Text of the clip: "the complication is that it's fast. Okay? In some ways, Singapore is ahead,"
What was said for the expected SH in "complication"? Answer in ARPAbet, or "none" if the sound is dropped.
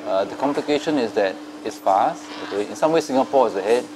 SH